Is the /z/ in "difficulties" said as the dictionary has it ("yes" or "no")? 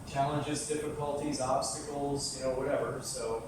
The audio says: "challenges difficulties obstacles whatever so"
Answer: yes